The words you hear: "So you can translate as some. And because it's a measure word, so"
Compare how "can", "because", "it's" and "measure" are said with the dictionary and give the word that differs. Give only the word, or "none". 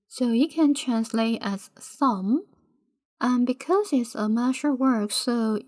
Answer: measure